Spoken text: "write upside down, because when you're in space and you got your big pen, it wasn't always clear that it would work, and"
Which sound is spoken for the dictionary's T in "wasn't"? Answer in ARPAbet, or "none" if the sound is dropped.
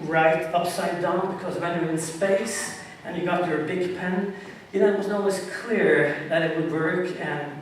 none